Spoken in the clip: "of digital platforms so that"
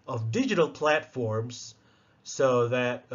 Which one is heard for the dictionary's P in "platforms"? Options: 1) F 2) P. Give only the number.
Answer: 2